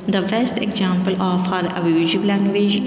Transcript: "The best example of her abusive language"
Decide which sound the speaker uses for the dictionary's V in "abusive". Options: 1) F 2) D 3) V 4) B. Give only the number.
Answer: 4